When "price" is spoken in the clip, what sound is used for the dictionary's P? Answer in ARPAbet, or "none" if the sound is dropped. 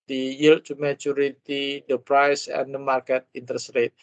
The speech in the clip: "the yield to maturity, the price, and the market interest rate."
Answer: P